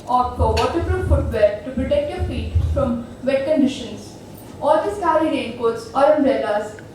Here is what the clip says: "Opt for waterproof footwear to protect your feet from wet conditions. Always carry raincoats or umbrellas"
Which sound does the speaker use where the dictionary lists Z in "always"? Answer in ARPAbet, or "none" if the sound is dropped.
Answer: S